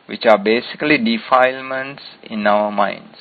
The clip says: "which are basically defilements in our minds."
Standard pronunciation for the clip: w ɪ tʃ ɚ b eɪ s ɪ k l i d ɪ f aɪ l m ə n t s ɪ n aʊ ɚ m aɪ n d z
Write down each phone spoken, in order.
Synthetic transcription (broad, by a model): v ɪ tʃ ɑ b eɪ s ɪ k l i d ɪ f aɪ l m ə n t s ɪ n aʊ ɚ m aɪ n d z